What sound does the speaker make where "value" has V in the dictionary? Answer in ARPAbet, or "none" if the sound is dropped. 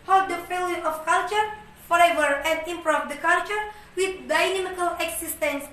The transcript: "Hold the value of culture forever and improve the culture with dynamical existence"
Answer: F